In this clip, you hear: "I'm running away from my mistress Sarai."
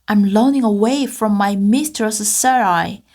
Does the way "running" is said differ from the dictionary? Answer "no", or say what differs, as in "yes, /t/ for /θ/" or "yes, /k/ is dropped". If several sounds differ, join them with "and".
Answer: yes, /l/ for /ɹ/